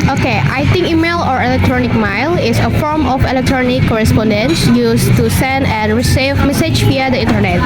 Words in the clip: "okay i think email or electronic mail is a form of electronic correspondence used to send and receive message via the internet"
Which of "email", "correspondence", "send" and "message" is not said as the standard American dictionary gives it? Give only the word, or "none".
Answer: none